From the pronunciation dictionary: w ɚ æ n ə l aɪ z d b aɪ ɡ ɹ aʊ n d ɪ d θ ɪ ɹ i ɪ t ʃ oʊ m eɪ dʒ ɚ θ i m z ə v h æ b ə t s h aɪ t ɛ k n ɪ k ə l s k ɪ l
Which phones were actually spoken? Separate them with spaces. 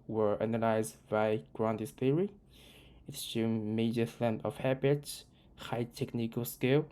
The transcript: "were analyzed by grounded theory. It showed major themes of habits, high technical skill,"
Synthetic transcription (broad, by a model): w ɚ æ n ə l aɪ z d b aɪ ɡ ɹ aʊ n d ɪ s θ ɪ ɹ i ɪ t s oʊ m eɪ dʒ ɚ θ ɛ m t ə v h æ b ə t s h aɪ t ɛ k n ɪ k ə l s k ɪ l